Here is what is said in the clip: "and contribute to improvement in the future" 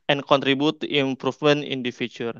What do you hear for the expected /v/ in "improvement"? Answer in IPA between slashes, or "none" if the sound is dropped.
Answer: /f/